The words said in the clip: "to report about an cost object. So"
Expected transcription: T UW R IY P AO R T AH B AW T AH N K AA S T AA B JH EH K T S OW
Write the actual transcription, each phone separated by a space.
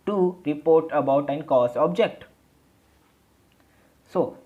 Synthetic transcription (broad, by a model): T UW R IY P AO R T AH B AW T AH N K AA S AA B JH EH K T S OW